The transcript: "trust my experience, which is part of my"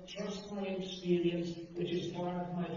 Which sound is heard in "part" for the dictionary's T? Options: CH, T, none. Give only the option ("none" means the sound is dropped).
none